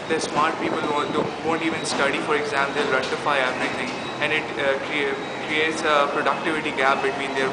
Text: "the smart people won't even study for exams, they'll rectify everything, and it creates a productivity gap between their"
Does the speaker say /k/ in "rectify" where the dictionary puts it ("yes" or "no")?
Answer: no